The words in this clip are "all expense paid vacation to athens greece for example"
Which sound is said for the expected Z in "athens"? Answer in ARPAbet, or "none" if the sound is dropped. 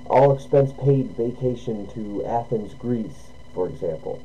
Z